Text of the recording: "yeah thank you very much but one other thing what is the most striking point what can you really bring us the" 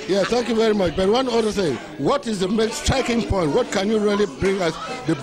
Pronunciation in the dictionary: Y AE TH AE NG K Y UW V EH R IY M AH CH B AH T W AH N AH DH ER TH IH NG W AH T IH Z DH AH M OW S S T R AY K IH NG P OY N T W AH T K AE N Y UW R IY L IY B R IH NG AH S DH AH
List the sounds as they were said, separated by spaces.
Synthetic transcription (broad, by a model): Y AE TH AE NG K Y UW V EH R IY M AH CH B AH T W AH N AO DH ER S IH W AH T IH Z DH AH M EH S S T R AY K IH NG P OY N T W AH T K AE N Y UW R IY L IY B R IH NG AH S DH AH